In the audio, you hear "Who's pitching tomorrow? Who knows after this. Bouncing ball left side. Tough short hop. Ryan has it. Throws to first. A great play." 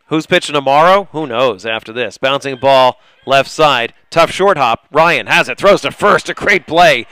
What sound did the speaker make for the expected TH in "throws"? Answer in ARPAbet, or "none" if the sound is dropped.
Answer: TH